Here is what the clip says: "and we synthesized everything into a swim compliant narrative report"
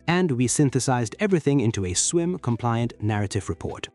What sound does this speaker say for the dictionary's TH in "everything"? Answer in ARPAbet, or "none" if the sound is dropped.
TH